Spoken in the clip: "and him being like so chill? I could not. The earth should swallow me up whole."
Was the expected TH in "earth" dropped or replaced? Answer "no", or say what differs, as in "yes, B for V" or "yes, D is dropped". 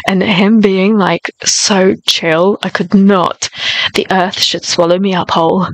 no